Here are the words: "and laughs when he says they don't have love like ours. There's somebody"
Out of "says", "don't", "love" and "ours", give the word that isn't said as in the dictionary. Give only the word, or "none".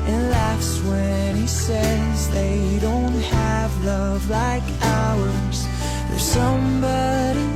none